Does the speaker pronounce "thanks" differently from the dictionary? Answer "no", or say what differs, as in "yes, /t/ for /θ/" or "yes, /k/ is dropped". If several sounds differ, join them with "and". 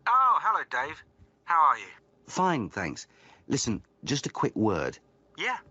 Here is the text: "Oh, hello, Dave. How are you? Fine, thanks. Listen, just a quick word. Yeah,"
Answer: no